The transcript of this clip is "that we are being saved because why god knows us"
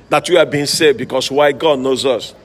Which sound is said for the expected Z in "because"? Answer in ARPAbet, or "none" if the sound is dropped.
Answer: S